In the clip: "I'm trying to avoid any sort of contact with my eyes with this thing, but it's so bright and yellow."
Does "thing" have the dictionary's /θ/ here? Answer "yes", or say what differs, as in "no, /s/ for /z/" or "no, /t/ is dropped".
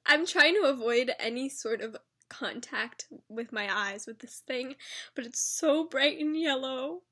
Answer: yes